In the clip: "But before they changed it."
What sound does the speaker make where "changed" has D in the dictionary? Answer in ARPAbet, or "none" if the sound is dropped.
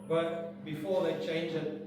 none